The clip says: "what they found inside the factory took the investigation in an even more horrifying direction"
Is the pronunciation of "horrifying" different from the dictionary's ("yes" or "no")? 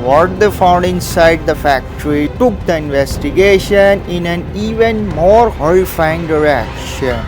yes